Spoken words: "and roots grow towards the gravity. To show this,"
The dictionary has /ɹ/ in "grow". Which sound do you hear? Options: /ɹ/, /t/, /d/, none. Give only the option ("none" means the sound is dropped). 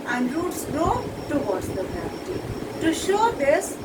none